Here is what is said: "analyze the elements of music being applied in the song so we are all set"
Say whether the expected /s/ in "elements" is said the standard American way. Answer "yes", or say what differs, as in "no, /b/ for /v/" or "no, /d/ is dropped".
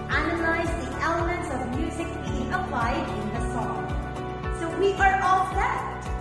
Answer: yes